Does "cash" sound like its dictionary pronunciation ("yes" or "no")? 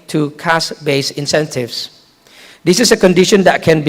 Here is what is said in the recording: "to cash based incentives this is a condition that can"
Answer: no